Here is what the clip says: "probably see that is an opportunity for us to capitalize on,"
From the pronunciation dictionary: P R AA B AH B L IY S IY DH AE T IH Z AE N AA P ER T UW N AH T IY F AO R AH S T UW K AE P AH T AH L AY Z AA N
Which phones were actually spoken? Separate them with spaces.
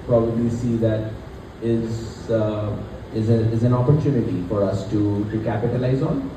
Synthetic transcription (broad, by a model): P R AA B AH B L IY S IY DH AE T IH Z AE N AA P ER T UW N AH T IY F AO R AH S T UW K AE P AH T AH L AY Z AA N